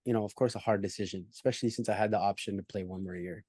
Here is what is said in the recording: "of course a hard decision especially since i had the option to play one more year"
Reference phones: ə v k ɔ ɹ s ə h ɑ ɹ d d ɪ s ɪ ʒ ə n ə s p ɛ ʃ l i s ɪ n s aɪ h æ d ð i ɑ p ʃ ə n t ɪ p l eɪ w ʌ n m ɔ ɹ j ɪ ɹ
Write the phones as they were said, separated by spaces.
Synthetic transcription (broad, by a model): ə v k ɔ ɹ s ə h ɑ ɹ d d ɪ s ɪ ʒ ə n ə s p ɛ ʃ l i s ɪ n s aɪ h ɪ d ð i ɑ p ʃ ə n t ɪ p l eɪ w ʌ n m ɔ ɹ j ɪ ɹ